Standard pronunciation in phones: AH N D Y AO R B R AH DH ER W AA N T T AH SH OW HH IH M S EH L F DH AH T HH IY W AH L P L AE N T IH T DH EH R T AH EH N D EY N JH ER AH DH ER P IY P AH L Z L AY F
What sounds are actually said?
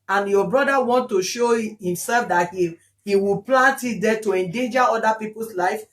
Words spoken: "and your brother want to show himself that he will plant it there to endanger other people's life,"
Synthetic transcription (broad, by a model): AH N Y AO B R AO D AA W AA N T T AH SH OW HH IH M S EH L F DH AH T HH IY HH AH W P L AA N T IH T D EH T AH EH N D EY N JH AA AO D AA P IY P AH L S L AY F